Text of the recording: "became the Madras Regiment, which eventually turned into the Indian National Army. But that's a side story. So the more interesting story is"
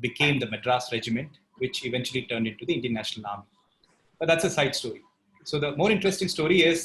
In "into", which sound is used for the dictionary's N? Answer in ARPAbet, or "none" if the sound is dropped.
N